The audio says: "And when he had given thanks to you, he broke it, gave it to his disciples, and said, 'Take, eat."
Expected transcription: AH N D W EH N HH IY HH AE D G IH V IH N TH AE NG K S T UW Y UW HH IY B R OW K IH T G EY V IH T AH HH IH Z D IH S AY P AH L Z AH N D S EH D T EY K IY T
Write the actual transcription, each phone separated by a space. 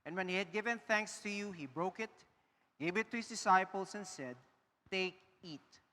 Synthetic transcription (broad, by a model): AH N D W EH N HH IY HH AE D G IH V IH N TH AE NG K S T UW Y UW HH IY B R OW K IH T G EY V IH T AH HH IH S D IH S AY P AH L S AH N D S EH D T EY K IY T